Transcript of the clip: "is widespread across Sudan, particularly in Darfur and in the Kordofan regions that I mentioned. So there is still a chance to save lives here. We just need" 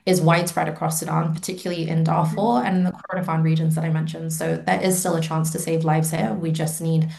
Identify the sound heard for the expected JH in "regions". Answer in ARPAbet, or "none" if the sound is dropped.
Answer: JH